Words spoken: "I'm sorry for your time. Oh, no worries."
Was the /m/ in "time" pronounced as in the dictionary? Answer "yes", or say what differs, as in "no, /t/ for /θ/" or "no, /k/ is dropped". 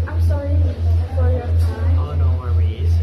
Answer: no, /m/ is dropped